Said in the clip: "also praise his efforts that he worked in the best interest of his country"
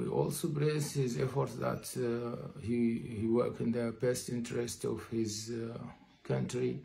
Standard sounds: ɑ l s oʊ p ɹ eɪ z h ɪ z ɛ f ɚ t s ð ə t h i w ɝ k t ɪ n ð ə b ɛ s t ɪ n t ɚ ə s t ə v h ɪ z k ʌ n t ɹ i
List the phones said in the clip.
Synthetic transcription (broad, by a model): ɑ l s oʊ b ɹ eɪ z h ɪ z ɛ f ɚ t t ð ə t h i w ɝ k ɪ n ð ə b ɛ s t ɪ n t ɚ ə s t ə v h ɪ z k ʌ n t ɹ i